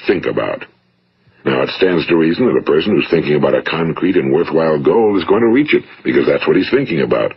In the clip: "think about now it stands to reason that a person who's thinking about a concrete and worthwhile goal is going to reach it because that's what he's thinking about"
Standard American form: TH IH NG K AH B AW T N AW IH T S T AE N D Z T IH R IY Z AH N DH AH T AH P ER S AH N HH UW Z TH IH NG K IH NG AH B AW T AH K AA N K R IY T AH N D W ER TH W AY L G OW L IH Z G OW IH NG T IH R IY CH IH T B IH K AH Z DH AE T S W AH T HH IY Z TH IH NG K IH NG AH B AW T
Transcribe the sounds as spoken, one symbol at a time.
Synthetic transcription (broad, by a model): TH IH NG K AH B AW T N AW IH T S T AE N D Z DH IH R IY Z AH N DH AH T AH P ER S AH N HH UW Z TH IH NG K IH NG AH B AW T AH K AA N K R IY T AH N W ER TH W AY L G OW L IH Z G OW IH NG T IH R IY CH IH T B IH K AH Z DH AE T S W AH T HH IY Z TH IH NG K IH NG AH B AW T